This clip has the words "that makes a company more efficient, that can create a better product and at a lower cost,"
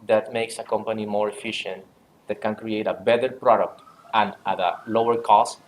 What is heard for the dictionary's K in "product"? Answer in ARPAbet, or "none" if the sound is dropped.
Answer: K